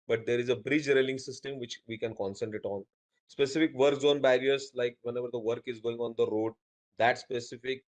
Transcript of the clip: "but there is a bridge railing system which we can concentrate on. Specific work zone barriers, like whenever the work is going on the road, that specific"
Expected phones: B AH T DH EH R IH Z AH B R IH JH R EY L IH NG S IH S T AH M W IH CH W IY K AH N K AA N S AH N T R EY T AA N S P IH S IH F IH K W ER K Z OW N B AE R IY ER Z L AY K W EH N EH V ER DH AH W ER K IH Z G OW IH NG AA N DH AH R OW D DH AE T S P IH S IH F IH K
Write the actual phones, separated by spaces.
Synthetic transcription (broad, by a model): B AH T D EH R IH Z AH B R IH JH R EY L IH NG S IH S T AH M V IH CH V IY K AH N K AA N S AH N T IH T AA N S P IH S IH F IH K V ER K Z OW N B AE R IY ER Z L AY K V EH N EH V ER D AH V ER K IH Z G OW IH NG AA N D AH R OW D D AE T S P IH S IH F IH K